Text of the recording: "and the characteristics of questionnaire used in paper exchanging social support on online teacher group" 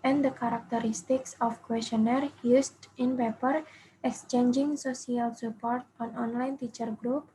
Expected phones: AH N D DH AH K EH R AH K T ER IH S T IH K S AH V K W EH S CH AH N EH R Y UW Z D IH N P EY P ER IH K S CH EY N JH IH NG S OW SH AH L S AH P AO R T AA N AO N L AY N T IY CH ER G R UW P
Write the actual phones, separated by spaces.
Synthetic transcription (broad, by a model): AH N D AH K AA R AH K T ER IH S T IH K S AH F K W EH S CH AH N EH R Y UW S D IH N P EY P ER IH K S CH EY N JH IH NG S OW S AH L S AH P AO R T AA N AO N L AY N T IY CH ER G R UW P